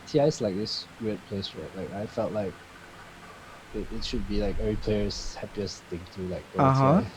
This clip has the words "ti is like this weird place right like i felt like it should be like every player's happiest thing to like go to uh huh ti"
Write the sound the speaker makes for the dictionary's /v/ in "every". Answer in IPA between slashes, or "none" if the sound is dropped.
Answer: none